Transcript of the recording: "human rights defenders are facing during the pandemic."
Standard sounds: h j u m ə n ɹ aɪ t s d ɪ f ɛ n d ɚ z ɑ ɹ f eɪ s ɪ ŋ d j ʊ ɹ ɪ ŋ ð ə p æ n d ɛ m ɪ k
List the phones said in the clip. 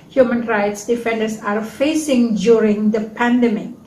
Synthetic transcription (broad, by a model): h j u m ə n ɹ aɪ t s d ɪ f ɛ n d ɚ s ɑ ɹ f eɪ s ɪ ŋ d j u ɹ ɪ ŋ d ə p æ n d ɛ m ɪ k